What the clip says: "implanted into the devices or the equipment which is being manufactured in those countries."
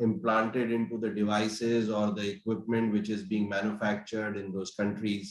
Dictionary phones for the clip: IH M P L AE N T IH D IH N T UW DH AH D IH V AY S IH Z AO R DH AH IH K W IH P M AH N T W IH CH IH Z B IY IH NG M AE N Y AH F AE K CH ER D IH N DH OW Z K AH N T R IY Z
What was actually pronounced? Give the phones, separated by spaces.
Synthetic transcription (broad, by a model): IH M P L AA N T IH D IH N T UW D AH D IH V AY S IH Z AO R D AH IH K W IH P M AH N T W IH CH IH Z B IY IH NG M AE N Y AH F AE K CH ER D IH N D OW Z K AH N T R IY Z